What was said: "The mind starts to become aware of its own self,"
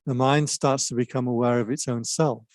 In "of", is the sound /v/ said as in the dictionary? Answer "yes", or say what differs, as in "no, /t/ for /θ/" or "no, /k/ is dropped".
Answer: yes